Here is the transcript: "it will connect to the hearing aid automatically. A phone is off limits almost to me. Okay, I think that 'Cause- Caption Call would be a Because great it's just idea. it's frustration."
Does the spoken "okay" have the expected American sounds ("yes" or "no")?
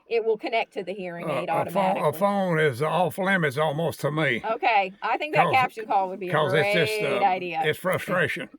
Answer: yes